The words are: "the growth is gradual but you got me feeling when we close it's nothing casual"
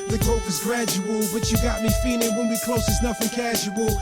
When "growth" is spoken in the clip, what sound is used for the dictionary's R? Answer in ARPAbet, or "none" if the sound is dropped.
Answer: none